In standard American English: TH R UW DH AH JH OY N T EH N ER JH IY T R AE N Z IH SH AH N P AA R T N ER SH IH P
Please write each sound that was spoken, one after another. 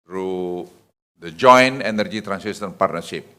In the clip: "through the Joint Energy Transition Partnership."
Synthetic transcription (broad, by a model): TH R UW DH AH JH OY N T EH N ER JH IY T R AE N S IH S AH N P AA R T N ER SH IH P